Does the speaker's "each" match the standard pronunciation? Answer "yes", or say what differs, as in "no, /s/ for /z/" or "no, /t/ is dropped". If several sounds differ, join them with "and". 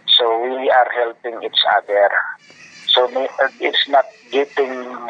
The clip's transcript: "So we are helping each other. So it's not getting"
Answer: no, /s/ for /tʃ/